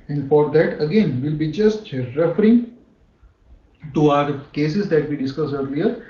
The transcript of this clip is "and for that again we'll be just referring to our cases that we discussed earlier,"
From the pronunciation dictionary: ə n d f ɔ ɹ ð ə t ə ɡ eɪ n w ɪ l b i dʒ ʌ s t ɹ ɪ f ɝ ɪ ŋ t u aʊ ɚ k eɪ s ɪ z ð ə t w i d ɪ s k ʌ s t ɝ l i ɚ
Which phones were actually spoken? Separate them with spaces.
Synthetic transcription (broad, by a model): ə n d f ɔ ɹ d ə t ə ɡ eɪ n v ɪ l b i dʒ ʌ s t ɹ ɪ f ɝ ɪ ŋ t u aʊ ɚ k eɪ s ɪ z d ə t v i d ɪ s k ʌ s ɝ l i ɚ